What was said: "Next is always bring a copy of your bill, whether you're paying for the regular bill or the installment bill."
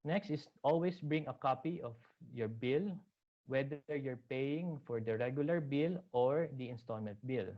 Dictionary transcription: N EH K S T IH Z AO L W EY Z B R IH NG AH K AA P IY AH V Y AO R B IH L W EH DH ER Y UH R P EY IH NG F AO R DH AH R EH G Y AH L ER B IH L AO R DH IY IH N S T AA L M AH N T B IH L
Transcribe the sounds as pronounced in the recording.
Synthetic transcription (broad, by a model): N EH K S T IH S AO L W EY S B R IH NG AH K AA P IY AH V Y AO R B IH L W EH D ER Y UH R P EY IH NG F AO R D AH R EH G Y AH L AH B IH L AO R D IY IH N S T AA L M AH N T B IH L